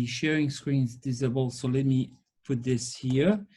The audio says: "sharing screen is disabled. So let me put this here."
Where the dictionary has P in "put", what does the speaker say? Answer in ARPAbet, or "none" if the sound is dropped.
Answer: F